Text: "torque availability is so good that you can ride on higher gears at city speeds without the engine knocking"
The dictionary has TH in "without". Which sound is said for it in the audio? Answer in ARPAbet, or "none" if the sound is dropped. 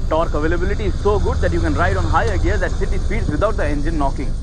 T